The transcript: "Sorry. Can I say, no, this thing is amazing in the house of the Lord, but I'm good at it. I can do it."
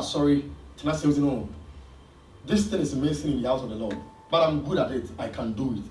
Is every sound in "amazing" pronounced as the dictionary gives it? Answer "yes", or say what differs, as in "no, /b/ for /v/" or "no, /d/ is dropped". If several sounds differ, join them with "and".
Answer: no, /s/ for /z/